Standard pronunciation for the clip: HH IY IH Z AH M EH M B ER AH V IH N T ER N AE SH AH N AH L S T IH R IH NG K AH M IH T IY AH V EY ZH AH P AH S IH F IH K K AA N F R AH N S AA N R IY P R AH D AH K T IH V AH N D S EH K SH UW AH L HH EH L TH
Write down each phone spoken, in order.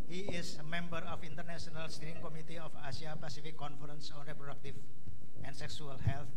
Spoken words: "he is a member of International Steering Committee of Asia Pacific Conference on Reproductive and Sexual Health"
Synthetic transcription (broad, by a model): HH IY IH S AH M EH M B ER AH F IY N T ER N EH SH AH N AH L S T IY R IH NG K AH M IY T IY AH F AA S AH P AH S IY F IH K K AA N F R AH N S AA N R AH P R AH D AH K T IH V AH N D S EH K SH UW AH L HH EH L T